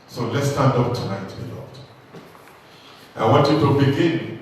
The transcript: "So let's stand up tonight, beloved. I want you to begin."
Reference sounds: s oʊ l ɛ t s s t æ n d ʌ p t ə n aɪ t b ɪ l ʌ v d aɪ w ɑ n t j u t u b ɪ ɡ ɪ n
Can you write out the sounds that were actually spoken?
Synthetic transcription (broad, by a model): s oʊ l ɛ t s s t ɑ n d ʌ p t ə n aɪ t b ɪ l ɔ d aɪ w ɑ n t j u t u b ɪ ɡ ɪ n